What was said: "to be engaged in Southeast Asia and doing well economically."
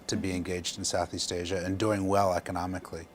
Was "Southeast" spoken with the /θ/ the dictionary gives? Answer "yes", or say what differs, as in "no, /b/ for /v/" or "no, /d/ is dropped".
yes